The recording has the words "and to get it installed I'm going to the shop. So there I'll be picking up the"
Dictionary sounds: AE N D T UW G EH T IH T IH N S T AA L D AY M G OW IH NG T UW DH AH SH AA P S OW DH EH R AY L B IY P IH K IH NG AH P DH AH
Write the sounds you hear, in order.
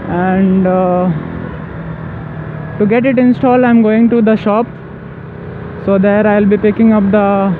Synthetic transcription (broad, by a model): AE N D T UW G EH T IH T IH N S T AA L AY M G OW IH NG T UW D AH SH AA P S OW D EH R AY L B IY P IH K IH NG AH P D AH